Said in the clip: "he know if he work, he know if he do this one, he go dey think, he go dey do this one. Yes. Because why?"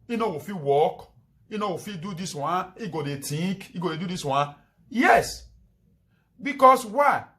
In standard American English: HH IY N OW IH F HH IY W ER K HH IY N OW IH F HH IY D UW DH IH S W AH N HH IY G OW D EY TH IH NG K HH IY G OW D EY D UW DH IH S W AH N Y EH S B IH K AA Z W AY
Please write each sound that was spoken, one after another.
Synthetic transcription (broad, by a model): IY N OW IH F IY W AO K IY N OW IH F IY D UW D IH S W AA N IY G OW D EY T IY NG K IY G OW D EY D UW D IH S W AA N Y EH S B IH K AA S W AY